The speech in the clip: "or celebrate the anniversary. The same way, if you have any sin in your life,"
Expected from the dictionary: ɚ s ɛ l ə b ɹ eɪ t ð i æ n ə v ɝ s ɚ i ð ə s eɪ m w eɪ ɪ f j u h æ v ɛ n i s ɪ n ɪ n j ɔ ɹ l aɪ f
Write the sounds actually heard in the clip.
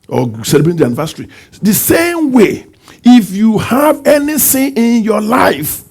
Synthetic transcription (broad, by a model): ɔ s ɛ l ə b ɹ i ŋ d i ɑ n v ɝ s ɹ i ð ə s eɪ m w eɪ ɪ f j u h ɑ v ɛ n i θ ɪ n ɪ n j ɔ l aɪ f